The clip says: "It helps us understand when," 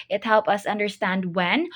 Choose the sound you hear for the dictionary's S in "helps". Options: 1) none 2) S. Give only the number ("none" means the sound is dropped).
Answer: 1